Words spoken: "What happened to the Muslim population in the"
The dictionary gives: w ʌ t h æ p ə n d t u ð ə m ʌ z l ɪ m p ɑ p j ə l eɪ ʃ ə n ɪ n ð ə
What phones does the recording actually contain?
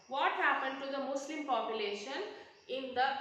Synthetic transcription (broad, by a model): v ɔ t h æ p ə n d t u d ə m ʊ s l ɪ m p ɑ p j ə l eɪ ʃ ə n ɪ n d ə